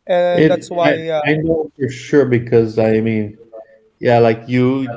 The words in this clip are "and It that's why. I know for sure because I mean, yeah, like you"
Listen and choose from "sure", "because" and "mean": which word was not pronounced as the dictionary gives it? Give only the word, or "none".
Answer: none